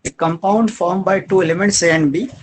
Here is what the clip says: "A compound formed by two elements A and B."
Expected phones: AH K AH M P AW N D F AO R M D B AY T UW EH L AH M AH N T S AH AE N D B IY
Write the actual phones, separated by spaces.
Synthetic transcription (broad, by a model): K AH M P AW N D F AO R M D B AY T UW EH L AH M AH N T S AH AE N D B IY